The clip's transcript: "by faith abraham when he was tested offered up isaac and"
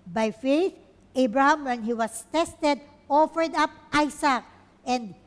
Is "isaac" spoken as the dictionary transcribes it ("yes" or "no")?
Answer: no